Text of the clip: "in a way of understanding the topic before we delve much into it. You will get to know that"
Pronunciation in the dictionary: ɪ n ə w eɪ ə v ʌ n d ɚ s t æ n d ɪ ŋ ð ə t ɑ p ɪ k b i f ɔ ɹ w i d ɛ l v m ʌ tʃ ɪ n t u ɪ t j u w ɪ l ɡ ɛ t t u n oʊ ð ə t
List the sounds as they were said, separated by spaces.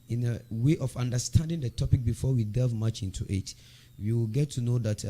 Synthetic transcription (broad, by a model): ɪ n ə w eɪ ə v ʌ n d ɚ s t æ n d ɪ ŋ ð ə t ɑ p ɪ k b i f ɔ w i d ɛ v m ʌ tʃ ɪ n t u ɪ t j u w ɪ l ɡ ɛ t t u n oʊ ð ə t